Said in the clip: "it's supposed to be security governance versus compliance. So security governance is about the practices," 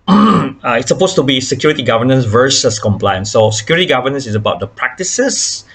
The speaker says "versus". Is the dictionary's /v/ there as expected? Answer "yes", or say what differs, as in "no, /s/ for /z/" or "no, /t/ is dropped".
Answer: yes